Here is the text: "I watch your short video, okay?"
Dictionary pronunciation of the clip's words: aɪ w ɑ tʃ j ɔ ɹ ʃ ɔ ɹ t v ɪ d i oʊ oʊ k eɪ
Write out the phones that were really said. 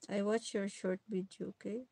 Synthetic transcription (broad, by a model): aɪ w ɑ tʃ j ɔ ɹ ʃ ɔ ɹ t b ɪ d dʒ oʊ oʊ k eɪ